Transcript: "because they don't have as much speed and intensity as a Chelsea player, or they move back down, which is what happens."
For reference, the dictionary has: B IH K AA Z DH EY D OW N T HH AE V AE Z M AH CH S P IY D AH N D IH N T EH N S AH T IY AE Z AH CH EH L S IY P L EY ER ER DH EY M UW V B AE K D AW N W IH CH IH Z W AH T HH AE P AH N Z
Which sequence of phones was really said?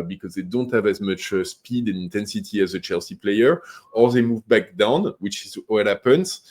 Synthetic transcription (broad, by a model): B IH K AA Z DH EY D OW N T HH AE V AE Z M AH CH S P IY D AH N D IH N T EH N S AH T IY AE Z AH CH EH L S IY P L EY ER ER DH EY M UW V B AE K D AW N W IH CH IH Z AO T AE P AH N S